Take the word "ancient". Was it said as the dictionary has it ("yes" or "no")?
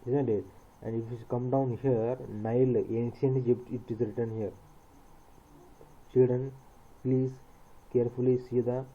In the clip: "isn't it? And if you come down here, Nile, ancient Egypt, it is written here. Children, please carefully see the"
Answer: no